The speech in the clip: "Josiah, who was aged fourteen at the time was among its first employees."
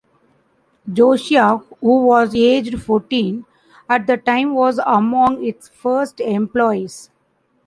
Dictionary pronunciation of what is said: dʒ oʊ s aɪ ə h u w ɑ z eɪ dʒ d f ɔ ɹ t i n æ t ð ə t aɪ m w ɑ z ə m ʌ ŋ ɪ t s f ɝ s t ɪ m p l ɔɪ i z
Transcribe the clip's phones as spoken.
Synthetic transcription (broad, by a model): dʒ oʊ ʃ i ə h u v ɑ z eɪ dʒ d f ɔ ɹ t i n æ t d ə t aɪ m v ɑ z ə m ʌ ŋ ɪ t s f ɝ s t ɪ m p l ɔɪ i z